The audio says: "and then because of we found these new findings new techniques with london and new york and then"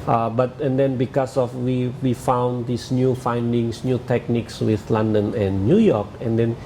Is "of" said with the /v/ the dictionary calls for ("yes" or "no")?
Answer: no